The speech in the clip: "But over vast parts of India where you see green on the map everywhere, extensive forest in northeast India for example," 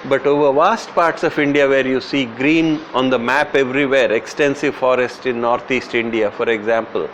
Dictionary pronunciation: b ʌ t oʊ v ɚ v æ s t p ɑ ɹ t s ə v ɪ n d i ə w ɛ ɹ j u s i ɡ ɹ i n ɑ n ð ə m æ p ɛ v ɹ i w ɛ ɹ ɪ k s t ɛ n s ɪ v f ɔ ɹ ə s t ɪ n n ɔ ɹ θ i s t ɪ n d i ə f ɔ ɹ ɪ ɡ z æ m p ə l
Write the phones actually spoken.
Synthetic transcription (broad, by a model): b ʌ t oʊ v ɚ v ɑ s t p ɑ ɹ t s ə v ɪ n d i ə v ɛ ɹ j u s i ɡ ɹ i n ɑ n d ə m æ p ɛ v ɹ i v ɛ ɹ ɪ k s t ɛ n s ɪ v f ɔ ɹ ə s t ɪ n n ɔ ɹ t i s t ɪ n d i ə f ɔ ɹ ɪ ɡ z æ m p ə l